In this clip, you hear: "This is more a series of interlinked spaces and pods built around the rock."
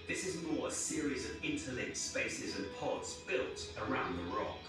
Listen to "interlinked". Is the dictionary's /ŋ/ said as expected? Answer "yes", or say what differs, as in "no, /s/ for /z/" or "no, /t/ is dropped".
no, /ŋ/ is dropped